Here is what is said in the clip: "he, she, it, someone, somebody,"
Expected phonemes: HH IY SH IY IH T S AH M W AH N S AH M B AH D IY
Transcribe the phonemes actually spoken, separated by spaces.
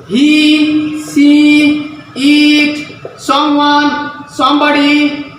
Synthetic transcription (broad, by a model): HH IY S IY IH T S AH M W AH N S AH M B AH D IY